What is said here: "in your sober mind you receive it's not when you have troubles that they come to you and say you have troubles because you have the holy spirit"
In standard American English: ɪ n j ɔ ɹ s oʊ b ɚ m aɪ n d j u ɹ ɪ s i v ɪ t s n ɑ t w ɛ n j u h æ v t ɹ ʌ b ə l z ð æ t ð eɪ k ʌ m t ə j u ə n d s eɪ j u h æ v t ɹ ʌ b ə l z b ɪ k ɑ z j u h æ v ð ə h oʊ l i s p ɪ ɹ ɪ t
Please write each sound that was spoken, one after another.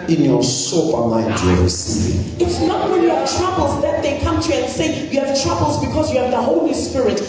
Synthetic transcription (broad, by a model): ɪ n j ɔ s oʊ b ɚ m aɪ d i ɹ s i ɪ t s n ɑ t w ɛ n j u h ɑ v t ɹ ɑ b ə l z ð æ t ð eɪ k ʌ m t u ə n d s eɪ j u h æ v t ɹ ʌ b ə l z b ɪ k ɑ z j u h æ v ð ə h oʊ l i s p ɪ ɹ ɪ t